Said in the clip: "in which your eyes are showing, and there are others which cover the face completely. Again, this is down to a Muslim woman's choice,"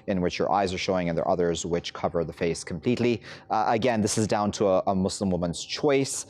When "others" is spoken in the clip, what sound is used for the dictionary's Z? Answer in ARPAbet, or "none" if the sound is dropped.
Z